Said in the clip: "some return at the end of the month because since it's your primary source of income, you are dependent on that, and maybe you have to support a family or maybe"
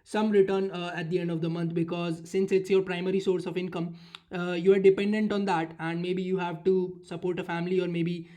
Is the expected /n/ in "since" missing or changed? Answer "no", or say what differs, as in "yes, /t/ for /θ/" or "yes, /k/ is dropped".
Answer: no